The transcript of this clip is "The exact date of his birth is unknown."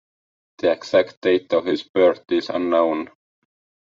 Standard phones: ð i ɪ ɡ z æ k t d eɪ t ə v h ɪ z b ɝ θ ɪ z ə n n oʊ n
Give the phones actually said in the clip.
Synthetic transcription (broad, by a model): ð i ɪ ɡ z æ k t d eɪ t ə v h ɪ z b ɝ t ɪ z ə n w n